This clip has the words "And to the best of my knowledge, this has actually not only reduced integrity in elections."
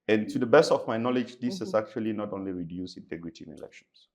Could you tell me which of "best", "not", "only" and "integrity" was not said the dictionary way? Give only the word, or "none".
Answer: none